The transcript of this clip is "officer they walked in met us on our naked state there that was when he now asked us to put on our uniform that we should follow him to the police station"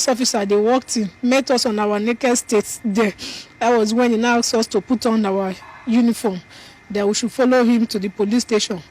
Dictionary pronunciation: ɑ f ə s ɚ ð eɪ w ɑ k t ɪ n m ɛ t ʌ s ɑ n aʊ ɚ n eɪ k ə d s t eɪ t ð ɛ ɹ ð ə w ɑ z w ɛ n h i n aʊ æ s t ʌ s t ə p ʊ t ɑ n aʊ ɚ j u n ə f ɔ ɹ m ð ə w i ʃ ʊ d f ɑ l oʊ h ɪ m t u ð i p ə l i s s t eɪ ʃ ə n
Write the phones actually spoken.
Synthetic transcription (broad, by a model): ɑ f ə s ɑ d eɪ w ɑ k t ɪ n m ɛ t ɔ s ɑ n aʊ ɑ n eɪ k ə d s t eɪ t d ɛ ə w ɑ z w ɛ n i n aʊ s ɔ s t ə p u t ɑ n aʊ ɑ j u n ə f ɔ m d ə w i ʃ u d f ɑ l oʊ h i m t u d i p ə l i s s t eɪ ʃ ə n